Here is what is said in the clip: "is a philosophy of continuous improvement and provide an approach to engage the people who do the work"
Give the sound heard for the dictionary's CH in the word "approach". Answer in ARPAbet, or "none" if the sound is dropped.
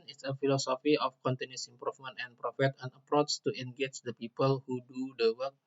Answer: S